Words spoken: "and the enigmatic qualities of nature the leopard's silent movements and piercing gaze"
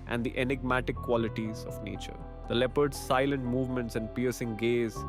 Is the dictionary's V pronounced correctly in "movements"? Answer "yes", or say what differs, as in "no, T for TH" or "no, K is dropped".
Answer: yes